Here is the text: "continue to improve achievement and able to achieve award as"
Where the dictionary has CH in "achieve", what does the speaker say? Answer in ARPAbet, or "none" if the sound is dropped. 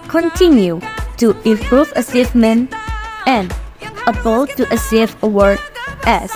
S